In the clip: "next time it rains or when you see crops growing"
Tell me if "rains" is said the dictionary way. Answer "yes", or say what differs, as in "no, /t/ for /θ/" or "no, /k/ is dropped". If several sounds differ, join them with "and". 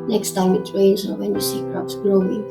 no, /w/ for /ɹ/